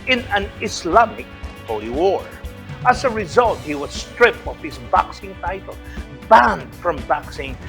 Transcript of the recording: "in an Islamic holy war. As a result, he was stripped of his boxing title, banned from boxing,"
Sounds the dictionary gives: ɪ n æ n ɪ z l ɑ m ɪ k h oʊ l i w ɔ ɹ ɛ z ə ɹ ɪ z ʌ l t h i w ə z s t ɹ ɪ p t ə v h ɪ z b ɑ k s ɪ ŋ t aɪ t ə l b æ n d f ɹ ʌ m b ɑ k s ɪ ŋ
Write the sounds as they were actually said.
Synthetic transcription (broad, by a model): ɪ n æ n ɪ s l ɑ m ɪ k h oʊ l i w ɔ ɹ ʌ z ə ɹ ɪ z ʌ l t h i w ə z s t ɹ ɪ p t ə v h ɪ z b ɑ k s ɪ ŋ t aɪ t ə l b æ n d f ɹ ʌ m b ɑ k s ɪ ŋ